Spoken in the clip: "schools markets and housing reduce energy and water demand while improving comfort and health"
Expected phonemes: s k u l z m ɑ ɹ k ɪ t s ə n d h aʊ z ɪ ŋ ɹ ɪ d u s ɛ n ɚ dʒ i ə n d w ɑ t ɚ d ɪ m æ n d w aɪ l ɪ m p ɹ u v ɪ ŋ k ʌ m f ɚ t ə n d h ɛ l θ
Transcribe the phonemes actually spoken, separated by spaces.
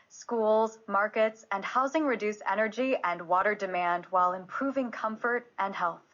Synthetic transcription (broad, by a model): s k u l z m ɑ ɹ k ɪ t s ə n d h aʊ z ɪ ŋ ɹ ɪ d u s ɛ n ɚ dʒ i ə n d w ɑ t ɚ d ɪ m æ n d w aɪ l ɪ m p ɹ u v ɪ ŋ k ʌ m f ɚ t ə n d h ɛ l θ